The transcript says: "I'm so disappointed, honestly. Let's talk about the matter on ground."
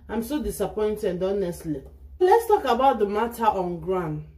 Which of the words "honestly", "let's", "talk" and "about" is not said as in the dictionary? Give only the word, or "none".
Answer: none